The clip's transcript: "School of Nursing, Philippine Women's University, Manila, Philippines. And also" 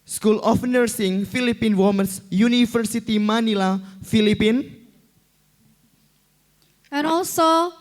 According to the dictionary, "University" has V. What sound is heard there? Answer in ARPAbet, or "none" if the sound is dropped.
F